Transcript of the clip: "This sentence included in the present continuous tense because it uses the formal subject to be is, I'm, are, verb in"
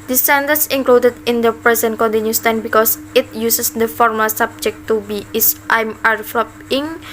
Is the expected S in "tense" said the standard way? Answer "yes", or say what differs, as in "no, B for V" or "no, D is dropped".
no, S is dropped